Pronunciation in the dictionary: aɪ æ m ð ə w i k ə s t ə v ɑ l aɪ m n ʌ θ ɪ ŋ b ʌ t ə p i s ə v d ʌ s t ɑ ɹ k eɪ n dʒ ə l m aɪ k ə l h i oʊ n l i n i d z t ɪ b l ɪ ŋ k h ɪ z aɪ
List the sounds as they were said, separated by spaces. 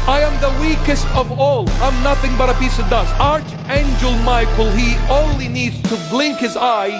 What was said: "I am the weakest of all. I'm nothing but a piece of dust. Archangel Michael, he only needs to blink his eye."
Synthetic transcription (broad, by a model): aɪ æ m ð ə w i k ə s t ə v ɑ l aɪ m n ʌ θ ɪ ŋ b ʌ t ə p i s ə v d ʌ s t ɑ ɹ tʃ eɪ n dʒ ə l m aɪ k l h i oʊ n l i n i d z t ɪ b l ɪ ŋ k h ɪ z aɪ